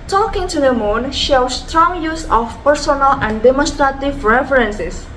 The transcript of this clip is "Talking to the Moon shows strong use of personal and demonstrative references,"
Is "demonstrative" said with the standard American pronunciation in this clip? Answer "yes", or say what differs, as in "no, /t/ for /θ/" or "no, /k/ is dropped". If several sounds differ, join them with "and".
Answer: yes